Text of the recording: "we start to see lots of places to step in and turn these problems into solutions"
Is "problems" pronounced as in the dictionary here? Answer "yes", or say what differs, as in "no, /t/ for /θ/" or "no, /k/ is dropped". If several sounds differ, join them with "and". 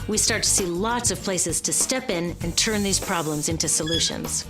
yes